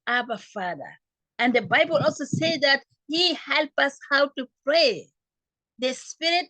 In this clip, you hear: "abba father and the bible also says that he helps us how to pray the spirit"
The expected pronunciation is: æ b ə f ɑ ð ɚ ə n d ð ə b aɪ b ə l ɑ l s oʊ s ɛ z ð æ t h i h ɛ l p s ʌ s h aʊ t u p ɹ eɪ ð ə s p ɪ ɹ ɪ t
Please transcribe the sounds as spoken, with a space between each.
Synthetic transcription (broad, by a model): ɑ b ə f ɑ ð ɚ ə n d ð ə b aɪ b ə l ɑ l s oʊ s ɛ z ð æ t h i h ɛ l p ʌ s h aʊ t u p ɹ eɪ ð ə s p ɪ ɹ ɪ t